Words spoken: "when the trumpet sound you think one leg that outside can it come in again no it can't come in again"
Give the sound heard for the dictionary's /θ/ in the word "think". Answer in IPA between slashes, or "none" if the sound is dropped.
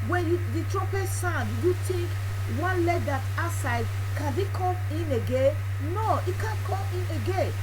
/t/